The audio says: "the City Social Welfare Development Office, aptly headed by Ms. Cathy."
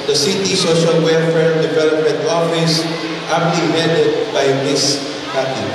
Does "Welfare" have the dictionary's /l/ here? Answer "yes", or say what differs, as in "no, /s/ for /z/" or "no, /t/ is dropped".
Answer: no, /l/ is dropped